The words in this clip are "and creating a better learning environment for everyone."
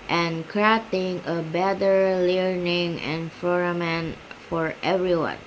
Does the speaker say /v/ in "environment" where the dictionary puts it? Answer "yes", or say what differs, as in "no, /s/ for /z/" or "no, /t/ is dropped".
no, /f/ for /v/